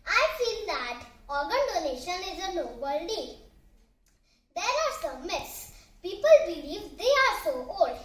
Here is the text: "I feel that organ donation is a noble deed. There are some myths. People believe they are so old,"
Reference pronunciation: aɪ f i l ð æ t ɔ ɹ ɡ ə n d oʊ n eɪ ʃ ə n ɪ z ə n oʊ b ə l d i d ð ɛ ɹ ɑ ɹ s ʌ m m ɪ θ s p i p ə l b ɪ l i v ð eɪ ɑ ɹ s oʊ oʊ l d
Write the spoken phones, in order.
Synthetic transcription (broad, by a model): aɪ f i l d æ t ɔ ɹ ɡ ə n d oʊ n eɪ ʃ ə n ɪ z ə n oʊ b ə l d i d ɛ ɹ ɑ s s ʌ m m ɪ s p i p ə l b ɪ l i v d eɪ ɑ ɹ s oʊ oʊ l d